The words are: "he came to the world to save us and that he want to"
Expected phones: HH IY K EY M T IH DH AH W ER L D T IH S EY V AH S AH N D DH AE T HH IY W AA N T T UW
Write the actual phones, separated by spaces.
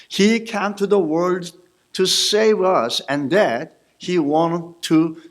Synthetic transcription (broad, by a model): HH IY K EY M T IH DH AH W ER L D T IH S EY V AH S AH N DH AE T HH IY W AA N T T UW